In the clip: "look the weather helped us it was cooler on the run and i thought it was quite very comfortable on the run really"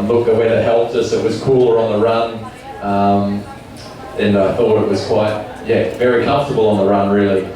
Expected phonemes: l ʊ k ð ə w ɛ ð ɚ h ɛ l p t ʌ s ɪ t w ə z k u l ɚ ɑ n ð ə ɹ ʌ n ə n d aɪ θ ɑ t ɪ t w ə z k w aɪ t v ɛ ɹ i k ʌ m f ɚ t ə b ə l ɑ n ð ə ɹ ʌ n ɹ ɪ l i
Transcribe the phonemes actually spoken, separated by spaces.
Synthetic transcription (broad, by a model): l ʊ k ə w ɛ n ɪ h ɛ l p t ʌ s ɪ t w ə z k u l ɚ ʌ n ð ə ɹ ʌ n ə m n aɪ θ ɑ t ɪ t w ə z k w aɪ t v ɛ ɹ i k ʌ m f t ə b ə l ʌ n ð ə ɹ ʌ n ɹ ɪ l i